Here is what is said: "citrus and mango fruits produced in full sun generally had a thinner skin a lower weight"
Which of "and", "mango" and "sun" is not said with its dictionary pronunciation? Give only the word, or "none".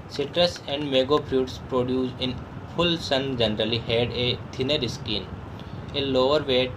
mango